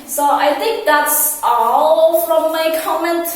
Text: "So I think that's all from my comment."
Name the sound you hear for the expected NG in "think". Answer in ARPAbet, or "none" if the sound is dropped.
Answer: NG